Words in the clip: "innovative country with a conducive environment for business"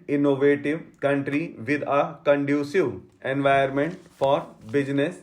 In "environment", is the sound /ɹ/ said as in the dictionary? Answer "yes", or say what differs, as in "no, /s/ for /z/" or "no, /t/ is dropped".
no, /ɹ/ is dropped